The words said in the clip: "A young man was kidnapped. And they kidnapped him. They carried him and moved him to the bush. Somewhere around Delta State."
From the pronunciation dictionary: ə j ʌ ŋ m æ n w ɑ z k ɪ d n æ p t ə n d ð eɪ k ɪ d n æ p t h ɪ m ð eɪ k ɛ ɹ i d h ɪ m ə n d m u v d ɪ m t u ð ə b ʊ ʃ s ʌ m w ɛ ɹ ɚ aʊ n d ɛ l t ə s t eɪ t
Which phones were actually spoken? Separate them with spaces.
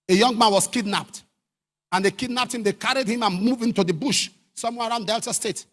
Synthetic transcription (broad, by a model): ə j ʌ ŋ m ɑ n w ɑ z k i d n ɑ p t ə n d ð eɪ k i d n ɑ p t h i m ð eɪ k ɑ ɹ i d h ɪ m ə n m u v ɪ m t u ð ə b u ʃ s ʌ m w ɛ ɹ aʊ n d ɛ l t ə s t eɪ t